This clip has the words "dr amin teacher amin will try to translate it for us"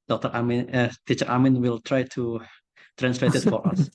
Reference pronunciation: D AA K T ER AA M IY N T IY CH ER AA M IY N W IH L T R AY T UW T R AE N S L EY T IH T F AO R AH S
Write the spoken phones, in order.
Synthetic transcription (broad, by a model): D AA K T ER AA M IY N T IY CH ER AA M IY N W IH L T R AY T UW T R AE N S L EY T IH T F AO R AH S